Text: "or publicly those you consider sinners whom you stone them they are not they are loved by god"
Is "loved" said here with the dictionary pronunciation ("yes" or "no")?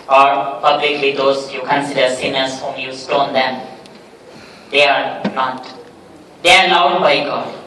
no